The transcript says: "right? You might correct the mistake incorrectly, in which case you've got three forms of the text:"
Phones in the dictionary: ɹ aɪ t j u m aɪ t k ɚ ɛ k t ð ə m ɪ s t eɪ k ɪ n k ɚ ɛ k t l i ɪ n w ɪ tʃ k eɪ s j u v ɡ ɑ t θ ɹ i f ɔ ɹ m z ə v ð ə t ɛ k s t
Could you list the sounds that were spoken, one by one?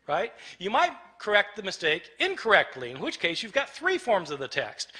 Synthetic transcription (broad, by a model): ɹ aɪ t j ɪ m aɪ t k ɚ ɛ k t ð ə m ɪ s t eɪ k ɪ n k ɚ ɛ k t l i ɪ n w ɪ tʃ k eɪ s j u v ɡ ɑ t θ ɹ i f ɔ ɹ m z ə v ð ə t ɛ k s t